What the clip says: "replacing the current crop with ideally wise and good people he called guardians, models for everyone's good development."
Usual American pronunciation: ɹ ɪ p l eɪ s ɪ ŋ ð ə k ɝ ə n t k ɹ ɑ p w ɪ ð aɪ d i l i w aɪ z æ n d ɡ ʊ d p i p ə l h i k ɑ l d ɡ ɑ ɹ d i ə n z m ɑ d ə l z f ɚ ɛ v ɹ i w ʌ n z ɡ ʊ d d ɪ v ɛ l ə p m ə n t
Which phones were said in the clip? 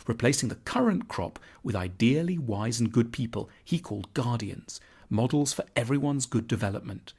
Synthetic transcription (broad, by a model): ɹ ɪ p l eɪ s ɪ ŋ ð ə k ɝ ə n k ɹ ɑ p w ɪ ð aɪ d i l i w aɪ z n ɡ ʊ d p i p ə l h i k ɑ l d ɡ ɑ ɹ d i ə n z m ɑ d l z f ɚ ɛ v ɹ i w ʌ n z ɡ ʊ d d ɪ v ɛ l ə p m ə n t